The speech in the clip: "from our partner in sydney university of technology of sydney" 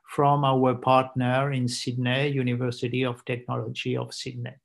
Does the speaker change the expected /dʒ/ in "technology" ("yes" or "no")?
no